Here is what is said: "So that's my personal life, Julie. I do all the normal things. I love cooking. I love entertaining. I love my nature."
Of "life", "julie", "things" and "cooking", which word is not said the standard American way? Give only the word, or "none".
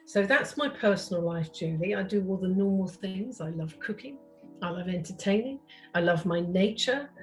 none